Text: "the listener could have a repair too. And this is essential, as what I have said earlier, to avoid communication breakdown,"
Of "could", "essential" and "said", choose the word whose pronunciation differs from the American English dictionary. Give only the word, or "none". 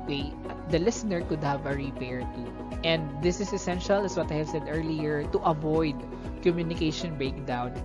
none